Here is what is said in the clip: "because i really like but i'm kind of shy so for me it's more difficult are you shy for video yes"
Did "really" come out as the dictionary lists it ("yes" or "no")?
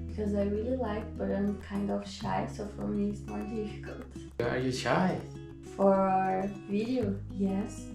yes